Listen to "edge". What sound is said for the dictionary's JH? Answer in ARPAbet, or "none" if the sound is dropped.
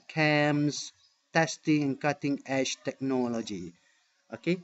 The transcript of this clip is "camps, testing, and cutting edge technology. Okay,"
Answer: SH